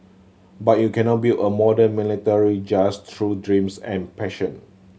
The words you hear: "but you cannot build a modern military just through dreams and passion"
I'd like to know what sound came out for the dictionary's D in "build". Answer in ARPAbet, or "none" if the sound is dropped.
none